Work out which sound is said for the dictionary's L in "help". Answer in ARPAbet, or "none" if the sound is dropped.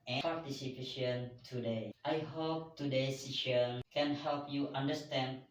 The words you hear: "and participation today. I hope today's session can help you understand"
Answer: L